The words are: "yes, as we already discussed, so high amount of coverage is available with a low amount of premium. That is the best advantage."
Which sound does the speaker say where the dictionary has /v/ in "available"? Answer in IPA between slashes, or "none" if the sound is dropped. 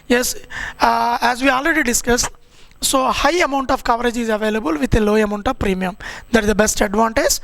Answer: /v/